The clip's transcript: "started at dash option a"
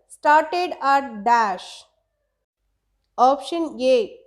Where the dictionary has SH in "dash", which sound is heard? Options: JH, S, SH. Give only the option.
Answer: SH